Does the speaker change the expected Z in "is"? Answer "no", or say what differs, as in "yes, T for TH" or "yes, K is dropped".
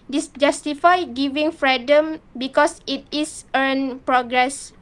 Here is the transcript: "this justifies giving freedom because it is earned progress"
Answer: yes, S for Z